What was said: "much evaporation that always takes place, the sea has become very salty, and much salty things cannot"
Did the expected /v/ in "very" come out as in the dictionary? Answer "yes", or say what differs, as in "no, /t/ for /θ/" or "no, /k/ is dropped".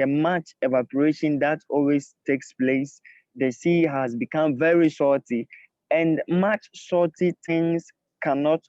yes